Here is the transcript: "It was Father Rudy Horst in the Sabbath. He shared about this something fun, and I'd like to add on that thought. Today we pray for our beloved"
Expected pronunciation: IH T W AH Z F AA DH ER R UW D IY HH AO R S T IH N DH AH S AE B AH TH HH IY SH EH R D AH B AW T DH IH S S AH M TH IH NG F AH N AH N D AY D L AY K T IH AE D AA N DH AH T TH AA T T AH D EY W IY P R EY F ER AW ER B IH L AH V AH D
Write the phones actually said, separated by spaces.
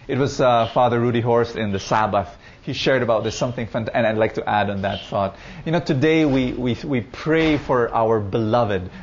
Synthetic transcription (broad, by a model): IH T W AH Z F AA DH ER R UW D IY HH AO R S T IH N DH AH S AE B AH TH HH IY SH EH R D AH B AW T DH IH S S AH M TH IH NG F AH N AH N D AY D L AY K T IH AE D N DH AH T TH AA T T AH D EY W IY P R EY F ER AW ER B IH L AH V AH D